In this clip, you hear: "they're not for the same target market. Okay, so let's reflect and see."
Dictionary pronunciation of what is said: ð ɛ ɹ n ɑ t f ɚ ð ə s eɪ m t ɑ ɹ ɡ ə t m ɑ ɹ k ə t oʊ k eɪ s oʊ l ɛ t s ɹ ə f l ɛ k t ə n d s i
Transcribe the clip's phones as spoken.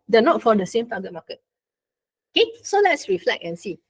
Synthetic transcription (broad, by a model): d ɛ n ɑ t f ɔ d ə s eɪ m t ɑ ɡ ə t m ɑ k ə t oʊ k eɪ s oʊ l ɛ t s ɹ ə f l ɛ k ə n s i